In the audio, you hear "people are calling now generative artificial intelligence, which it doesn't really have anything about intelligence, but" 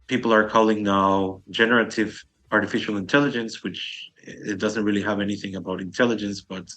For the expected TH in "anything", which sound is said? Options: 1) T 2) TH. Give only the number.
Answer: 2